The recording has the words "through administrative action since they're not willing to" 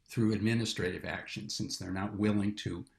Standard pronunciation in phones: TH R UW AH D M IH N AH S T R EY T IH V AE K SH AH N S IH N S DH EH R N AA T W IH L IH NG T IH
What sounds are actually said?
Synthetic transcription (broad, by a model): TH R UW AH D M IH N AH S T R EY T IH V AE K SH AH N S IH N S DH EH R N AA T W IH L IH NG T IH